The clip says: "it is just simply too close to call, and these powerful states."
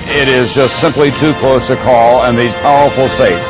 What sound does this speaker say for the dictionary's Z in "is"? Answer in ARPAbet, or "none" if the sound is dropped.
Z